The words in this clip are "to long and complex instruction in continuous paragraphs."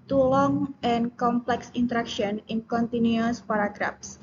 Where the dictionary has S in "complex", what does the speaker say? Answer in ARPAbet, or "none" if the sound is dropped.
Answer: S